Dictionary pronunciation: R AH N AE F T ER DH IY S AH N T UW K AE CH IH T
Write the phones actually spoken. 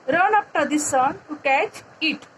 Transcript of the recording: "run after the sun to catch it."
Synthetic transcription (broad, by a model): R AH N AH P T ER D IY S AH N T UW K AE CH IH T